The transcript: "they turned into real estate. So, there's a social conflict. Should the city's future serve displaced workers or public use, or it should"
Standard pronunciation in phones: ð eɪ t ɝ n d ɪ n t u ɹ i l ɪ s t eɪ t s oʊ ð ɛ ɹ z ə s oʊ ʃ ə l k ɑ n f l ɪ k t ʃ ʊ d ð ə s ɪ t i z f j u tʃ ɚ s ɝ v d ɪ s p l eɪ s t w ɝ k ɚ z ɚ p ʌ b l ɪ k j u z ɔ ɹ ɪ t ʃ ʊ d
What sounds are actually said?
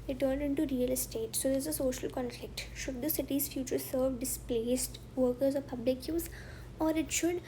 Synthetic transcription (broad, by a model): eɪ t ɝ n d ɪ n t u ɹ i l ɪ s t eɪ t s oʊ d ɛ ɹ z ə s oʊ ʃ ə l k ɑ n f l ɪ k t ʃ ʊ d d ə s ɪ t i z f j u tʃ ɚ s ɝ v d ɪ s p l eɪ s t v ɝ k ɚ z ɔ p ʌ b l ɪ k j u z ɔ ɹ ɪ t ʃ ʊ d